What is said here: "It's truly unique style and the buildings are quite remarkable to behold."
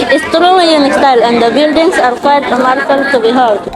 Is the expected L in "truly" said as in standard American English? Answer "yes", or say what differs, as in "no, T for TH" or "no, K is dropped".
no, W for L